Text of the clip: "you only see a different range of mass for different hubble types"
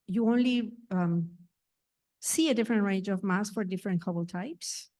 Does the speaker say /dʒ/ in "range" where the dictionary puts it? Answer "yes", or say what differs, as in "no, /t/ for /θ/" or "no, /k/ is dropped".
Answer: yes